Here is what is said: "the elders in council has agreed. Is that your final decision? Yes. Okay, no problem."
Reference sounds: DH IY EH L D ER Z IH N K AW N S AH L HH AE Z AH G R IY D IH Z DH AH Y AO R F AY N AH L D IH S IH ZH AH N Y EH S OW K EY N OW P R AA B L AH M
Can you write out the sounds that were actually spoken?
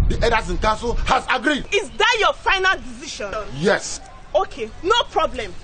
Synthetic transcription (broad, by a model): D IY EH D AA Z IH N K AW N S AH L HH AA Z AH G R IY D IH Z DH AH Y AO F AY N AH L D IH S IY SH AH N Y EH S OW K EY N OW P R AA B L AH M